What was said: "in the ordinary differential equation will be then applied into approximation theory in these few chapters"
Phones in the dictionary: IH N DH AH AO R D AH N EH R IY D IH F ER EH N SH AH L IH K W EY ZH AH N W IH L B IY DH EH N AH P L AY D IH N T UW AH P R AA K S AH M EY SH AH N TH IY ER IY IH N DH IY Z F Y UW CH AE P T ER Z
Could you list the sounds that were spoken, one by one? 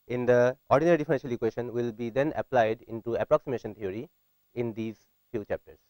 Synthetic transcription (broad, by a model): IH N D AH AO R D AH N EH R IY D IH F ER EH N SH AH L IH K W EY SH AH N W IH L B IY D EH N AH P L AY D IH N T UW AH P R AA K S AH M EY SH AH N T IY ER IY IH N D IY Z F Y UW CH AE P T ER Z